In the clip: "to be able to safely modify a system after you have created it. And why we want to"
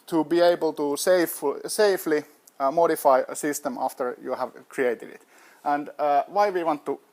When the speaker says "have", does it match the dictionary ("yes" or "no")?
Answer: yes